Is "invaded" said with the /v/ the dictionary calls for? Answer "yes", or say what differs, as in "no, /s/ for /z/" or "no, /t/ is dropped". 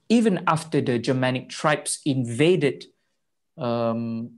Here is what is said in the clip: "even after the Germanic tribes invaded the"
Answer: yes